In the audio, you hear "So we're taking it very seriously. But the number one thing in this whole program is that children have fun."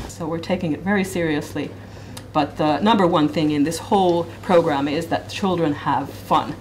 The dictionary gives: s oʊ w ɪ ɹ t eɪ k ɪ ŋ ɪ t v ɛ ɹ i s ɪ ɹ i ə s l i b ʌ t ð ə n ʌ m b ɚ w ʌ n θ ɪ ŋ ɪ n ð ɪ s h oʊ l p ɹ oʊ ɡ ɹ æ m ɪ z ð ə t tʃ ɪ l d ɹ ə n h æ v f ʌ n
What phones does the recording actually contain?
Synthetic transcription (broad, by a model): s oʊ w ɪ ɹ t eɪ k ɪ ŋ ɪ t v ɛ ɹ i s ɪ ɹ i ə s l i b ʌ t ð ə n ʌ m b ɚ w ʌ n θ ɪ ŋ ɪ n ð ɪ s h oʊ l p ɹ oʊ ɡ ɹ æ m ɪ z ð ə t tʃ ɪ l d ɹ ə n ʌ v f ʌ n